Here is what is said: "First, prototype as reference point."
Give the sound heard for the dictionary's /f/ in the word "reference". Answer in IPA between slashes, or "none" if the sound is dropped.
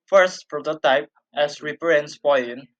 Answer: /p/